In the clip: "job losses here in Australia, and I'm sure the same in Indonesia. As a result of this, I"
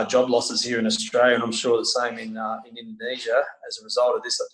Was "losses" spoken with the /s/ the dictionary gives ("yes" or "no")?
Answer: yes